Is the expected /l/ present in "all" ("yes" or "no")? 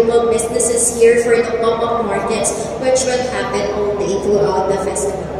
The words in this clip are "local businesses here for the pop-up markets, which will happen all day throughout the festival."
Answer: no